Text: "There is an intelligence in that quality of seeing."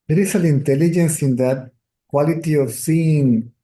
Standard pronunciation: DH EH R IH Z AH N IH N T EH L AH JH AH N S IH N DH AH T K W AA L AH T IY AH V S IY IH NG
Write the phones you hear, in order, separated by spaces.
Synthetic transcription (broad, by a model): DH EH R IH S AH L IH N T EH L AH JH AH N S IH N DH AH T K W AA L AH T IY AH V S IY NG